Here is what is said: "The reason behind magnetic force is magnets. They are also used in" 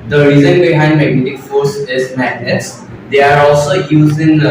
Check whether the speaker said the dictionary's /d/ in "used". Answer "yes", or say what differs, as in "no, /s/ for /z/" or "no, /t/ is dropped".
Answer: no, /d/ is dropped